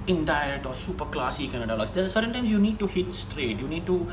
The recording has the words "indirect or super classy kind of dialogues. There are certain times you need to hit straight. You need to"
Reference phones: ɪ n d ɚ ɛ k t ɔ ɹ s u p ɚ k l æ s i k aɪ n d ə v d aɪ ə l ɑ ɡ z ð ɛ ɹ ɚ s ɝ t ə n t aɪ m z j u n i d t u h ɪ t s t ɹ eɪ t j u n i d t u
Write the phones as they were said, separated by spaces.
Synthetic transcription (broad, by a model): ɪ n d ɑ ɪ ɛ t ɔ ɹ s u p ɚ k l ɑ s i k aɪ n ə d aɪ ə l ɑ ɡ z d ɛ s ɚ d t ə n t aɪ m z j u n i d t u h ɪ t s t ɹ eɪ t j u n i d t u